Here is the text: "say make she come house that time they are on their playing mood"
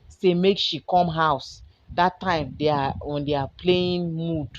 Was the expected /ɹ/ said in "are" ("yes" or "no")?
no